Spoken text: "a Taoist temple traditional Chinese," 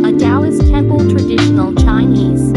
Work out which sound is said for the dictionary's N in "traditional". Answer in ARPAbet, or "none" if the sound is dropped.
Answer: N